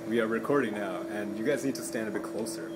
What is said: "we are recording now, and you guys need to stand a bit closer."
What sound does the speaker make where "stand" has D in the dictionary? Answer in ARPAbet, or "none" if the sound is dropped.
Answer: D